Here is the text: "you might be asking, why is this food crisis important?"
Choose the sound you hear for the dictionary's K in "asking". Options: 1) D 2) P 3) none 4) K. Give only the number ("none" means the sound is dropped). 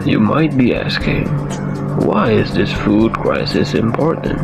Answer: 4